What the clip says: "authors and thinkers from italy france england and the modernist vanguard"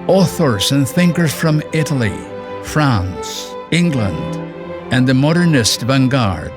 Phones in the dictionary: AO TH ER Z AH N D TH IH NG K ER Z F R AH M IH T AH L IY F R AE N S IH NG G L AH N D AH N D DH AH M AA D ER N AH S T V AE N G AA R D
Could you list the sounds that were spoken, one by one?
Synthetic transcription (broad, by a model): AO TH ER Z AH N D TH IH NG K ER Z F R AH M IH T AH L IY F R AE N S IH NG G L AH N D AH N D DH AH M AA D ER N AH S T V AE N G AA R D